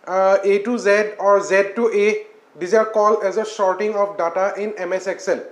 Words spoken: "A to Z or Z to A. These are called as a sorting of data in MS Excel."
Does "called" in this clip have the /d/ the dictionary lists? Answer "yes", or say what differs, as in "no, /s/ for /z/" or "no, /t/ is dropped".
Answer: no, /d/ is dropped